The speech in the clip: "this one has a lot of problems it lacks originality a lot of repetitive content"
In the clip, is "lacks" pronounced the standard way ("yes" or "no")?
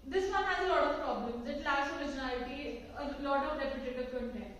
no